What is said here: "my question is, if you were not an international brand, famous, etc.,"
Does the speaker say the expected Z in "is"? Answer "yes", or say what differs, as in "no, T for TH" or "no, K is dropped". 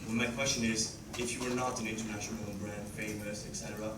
yes